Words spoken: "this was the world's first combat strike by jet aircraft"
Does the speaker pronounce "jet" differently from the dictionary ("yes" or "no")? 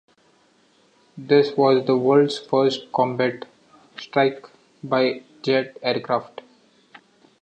no